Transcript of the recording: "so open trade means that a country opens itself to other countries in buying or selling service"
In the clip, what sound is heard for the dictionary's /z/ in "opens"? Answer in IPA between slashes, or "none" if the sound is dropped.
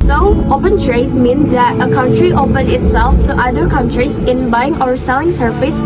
none